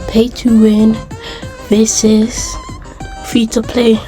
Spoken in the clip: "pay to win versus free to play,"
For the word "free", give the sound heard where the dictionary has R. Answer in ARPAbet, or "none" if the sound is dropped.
none